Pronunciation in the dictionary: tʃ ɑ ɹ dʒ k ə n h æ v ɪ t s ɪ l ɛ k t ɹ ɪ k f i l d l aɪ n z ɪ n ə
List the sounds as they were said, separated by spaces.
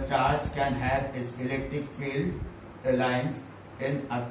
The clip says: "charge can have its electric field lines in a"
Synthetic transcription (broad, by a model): tʃ ɑ ɹ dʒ k ə n h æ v ɪ t s ɪ l ɛ k t ɹ ɪ k f i l d l aɪ n s ɪ n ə